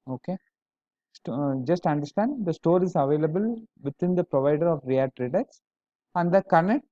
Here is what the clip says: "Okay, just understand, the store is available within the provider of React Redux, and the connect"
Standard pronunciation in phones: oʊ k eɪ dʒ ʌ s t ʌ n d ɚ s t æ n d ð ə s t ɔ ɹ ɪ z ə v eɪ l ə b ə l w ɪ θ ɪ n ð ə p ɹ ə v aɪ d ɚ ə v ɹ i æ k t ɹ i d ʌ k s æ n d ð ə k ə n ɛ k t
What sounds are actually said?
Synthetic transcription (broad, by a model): oʊ k eɪ dʒ ʌ s t ʌ n d ɚ s t æ n d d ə s t ɔ ɹ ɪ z ə v eɪ l ə b ə l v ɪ t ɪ n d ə p ɹ ə v aɪ d ɚ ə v ɹ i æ t ɹ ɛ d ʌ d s æ n d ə k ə n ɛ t